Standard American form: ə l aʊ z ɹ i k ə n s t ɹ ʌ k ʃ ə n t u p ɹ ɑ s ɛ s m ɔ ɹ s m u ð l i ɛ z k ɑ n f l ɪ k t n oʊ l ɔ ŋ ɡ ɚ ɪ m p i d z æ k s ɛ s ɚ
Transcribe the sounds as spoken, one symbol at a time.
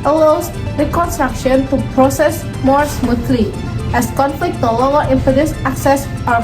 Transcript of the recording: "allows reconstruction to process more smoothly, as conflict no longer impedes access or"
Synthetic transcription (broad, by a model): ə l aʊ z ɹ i k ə n s t ɹ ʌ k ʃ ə n t u p ɹ ɑ s ɛ s m ɔ ɹ s m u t l i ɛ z k ɑ n f l ɪ k t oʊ l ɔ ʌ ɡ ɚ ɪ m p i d s æ k s ɛ s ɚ